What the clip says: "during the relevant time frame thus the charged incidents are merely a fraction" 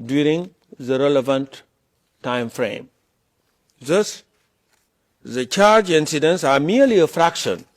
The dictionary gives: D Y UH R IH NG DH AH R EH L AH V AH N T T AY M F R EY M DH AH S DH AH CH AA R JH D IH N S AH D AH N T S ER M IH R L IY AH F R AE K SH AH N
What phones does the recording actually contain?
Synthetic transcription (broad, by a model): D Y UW R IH NG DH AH R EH L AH V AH N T T AY M F R EY M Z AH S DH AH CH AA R JH IH N S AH D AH N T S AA M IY L IY AH F R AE K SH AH N